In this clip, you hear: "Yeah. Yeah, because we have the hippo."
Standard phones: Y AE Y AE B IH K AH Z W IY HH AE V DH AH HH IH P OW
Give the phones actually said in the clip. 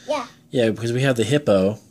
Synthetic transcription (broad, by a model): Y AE Y AE B IH K AH Z W IY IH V DH AH HH IH P OW